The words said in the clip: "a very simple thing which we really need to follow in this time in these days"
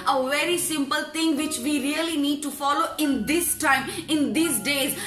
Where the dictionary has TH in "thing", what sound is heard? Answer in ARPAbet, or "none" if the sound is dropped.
T